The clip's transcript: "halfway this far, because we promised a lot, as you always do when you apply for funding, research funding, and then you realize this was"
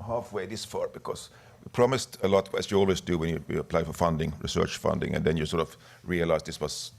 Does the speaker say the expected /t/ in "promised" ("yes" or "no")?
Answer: yes